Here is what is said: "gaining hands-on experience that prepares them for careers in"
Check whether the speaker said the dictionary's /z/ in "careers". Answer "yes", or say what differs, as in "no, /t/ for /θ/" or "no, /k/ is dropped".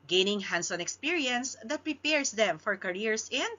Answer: no, /s/ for /z/